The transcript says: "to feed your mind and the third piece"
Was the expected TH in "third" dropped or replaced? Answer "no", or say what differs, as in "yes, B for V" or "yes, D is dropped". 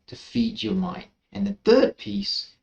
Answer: no